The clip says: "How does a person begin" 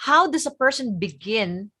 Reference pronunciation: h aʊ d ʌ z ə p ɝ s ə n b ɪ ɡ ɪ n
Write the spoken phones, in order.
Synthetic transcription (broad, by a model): h aʊ d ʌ s ə p ɝ s ə n b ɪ ɡ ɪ n